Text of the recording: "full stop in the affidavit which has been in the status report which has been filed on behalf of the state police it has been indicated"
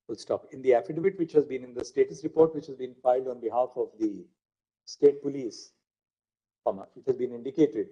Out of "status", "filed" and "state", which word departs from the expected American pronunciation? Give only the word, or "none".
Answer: none